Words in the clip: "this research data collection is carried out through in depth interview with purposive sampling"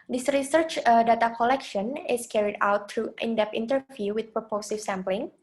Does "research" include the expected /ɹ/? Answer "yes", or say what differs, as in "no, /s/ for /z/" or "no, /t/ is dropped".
yes